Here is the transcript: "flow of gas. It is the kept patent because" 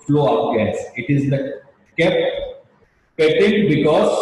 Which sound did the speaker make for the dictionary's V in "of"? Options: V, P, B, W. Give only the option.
P